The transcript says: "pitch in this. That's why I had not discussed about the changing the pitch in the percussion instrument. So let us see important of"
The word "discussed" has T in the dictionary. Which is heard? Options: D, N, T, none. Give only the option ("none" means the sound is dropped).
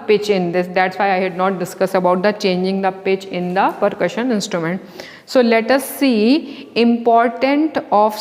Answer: none